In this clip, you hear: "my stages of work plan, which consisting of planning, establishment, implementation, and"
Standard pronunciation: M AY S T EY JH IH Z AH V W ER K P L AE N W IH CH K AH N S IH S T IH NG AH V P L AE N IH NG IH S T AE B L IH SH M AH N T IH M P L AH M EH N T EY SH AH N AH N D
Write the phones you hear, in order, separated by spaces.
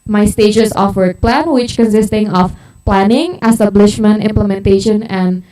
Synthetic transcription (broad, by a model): M AY S T EY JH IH S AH F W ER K P L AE N W IH CH K AH N S IH S T IH NG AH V P L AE N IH NG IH S T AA B L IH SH M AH N T IH M P L AH M EH N T EY SH AH N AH N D